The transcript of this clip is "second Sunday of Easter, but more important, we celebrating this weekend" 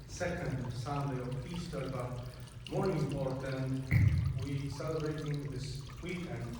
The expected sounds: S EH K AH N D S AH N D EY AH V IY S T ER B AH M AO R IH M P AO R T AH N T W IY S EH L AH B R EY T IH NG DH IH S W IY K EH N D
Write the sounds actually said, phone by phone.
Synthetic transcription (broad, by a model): S EH K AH N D S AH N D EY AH F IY S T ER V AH M AO R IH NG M AO R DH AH N W IY S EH L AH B R EY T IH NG DH IH S W IY K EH N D